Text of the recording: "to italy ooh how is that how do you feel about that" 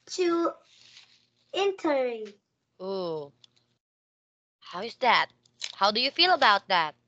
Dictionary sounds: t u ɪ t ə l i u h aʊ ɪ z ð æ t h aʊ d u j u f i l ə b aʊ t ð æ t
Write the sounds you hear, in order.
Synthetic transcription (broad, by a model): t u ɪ t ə i u h aʊ ɪ z ð æ t h aʊ d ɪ j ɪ f i l ə b aʊ t ð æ t